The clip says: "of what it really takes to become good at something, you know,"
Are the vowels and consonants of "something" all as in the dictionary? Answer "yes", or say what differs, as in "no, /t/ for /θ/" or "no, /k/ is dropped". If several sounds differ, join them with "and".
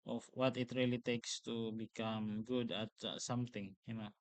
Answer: no, /t/ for /θ/